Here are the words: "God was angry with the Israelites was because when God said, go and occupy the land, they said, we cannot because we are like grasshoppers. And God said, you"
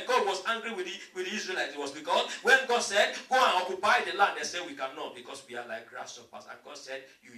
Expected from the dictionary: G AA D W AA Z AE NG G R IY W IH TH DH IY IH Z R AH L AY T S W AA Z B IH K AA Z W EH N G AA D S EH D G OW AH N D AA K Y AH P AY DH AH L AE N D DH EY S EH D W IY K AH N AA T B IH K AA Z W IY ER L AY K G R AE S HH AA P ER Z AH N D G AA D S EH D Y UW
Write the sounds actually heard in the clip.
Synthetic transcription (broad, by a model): G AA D W AA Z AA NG G R IY W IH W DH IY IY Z R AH L AY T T W AA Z B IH K AA S W EH N G AA D S EH D G OW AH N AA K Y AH P AY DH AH L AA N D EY S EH W IY K AH N AA T B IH K AA S W IY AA L AY K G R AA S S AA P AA S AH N G AA D S EH D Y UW